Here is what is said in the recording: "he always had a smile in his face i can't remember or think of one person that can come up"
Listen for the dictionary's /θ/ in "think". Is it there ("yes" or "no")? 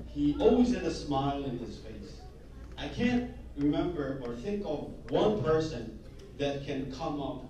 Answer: yes